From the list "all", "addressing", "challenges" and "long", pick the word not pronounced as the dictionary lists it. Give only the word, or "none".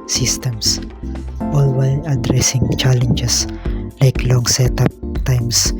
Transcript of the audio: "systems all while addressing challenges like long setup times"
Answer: challenges